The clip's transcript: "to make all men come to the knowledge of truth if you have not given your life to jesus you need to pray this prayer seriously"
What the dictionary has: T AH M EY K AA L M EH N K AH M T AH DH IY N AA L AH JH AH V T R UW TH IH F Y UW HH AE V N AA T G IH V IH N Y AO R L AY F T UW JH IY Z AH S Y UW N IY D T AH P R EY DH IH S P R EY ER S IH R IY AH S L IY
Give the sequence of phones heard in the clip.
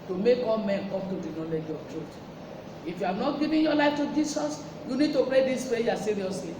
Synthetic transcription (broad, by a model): T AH M EY K AA L M EH N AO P T AH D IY N AA L AH JH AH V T R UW T IH F Y UW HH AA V N AA T G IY V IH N Y AO L AY F T UW JH IY S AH S Y UW N IY D T AH P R EY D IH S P EY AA S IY R IY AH S L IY